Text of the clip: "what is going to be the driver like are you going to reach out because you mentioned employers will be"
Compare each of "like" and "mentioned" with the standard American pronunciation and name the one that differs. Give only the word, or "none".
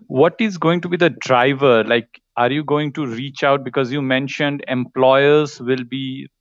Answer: none